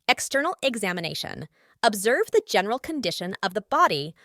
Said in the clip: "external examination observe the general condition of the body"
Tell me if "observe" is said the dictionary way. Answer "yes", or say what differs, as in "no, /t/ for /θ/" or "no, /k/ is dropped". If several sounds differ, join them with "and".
yes